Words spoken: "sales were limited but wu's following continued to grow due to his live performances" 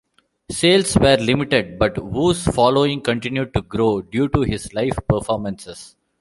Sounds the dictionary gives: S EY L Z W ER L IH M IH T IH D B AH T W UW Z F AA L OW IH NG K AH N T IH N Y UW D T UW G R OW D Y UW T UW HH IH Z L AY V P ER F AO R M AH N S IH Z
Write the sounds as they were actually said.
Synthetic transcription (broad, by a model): S EY L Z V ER L IH M IH T IH D B AH T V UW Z F AA L OW IH NG K AH N T IH N Y UW D T UW G R OW D Y UW T UW HH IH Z L AY F P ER F AO R M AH N S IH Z